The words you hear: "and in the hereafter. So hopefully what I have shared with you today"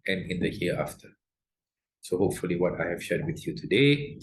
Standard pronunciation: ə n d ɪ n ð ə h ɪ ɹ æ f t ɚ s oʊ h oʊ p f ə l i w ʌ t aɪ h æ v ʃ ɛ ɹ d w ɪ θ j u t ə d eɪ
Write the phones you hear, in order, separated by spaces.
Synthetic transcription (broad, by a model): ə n ɪ n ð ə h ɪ ɑ f t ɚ s oʊ h oʊ p f ə l i w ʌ t aɪ h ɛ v ʃ ɛ d w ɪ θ j u t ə d eɪ